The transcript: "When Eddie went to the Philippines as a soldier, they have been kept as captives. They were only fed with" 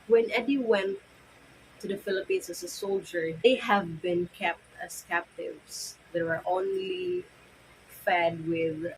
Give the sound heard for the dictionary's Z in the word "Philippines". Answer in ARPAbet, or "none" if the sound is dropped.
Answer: S